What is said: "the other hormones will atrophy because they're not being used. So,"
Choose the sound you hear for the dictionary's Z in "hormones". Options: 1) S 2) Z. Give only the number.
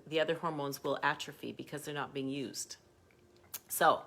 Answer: 2